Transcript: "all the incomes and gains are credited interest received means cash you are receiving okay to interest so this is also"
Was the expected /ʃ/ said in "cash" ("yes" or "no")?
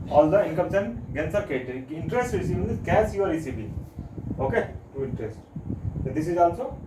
no